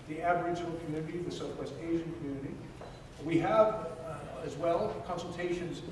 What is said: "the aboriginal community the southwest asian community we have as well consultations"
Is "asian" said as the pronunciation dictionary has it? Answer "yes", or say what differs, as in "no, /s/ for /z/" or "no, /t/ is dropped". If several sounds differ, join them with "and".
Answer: yes